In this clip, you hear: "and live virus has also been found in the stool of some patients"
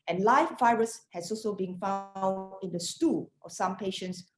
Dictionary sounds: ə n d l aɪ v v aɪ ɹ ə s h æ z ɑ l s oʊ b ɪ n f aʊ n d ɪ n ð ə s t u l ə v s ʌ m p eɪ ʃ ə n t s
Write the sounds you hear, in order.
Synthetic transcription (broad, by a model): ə n l aɪ f v aɪ ɹ ə s h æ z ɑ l s oʊ b ɪ n f aʊ n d ɪ n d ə s t u l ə f s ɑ m p eɪ ʃ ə n t s